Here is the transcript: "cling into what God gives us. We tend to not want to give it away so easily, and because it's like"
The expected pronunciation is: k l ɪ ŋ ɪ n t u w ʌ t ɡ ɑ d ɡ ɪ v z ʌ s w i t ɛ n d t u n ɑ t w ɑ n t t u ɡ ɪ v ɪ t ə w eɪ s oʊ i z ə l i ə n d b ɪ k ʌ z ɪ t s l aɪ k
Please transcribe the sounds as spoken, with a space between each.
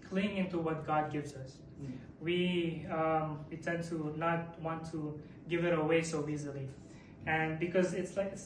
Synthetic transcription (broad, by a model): k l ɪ ŋ ɪ n t u w ʌ t ɡ ɑ d ɡ ɪ v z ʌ s w i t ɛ n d t u n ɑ t w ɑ n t t u ɡ ɪ v ɪ t ə w eɪ s oʊ i z ə l i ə n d b ɪ k ʌ z ɪ t s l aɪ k